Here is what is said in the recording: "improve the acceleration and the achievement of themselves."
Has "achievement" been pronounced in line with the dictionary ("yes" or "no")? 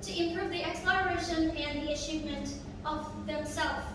no